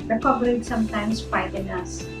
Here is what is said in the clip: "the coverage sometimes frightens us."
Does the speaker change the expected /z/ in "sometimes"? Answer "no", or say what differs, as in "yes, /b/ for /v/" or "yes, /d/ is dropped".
yes, /s/ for /z/